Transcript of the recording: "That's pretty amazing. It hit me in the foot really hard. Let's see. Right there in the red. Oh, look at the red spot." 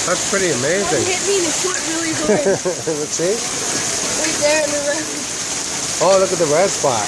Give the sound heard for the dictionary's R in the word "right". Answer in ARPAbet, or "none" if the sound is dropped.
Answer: W